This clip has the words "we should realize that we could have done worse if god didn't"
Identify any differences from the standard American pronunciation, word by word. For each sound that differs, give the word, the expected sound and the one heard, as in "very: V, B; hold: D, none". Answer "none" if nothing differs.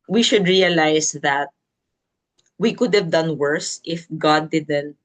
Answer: realize: Z, S